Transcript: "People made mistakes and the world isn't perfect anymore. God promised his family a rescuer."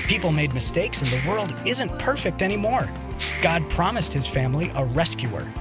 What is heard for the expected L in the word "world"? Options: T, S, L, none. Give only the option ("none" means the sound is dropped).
L